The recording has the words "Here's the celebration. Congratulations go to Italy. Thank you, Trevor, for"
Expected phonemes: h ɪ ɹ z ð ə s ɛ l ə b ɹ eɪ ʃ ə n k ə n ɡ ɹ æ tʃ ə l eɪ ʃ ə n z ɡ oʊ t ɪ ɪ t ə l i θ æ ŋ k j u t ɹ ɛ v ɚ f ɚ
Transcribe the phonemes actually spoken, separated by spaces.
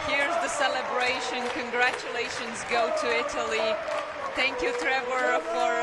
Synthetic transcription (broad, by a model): h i ɹ z ð ə s ɛ l ə b ɹ eɪ ʃ ə n k ə n ɡ ɹ æ tʃ ə l eɪ ʃ ə n z ɡ oʊ t ɪ ɪ t ə l i θ æ ŋ k j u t ɹ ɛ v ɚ f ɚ